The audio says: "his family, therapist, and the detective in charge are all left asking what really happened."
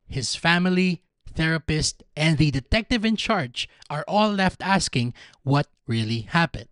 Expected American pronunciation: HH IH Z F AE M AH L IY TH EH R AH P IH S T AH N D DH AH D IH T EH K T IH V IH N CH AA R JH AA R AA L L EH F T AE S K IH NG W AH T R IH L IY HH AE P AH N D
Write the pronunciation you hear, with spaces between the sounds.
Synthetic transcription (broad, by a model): HH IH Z F AE M AH L IY TH EH R AH P IH S T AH N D DH AH D IH T EH K T IH V IH N CH AA R JH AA R AA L L EH F T AE S K IH NG W AH T R IH L IY HH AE P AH N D